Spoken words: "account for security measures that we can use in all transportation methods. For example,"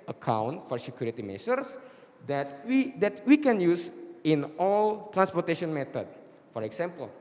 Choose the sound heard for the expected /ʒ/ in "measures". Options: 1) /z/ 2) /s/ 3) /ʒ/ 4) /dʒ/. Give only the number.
2